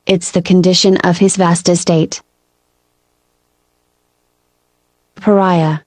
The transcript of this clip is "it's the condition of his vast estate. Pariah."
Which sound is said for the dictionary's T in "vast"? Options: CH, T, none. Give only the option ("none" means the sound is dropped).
T